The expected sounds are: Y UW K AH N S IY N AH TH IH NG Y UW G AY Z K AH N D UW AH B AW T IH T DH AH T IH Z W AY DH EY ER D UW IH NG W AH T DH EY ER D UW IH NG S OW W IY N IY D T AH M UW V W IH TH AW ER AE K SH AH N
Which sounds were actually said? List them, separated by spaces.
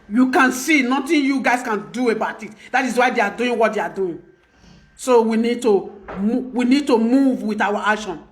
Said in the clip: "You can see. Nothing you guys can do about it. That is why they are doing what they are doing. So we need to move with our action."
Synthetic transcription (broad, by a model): Y UW K AH N S IY N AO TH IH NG Y UW G AY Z K AH N D UW AH B AW T IH T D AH T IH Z W AY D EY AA D UW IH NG W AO T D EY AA D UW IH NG S OW W IY N IY D T AH M UW V W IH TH AW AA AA K SH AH N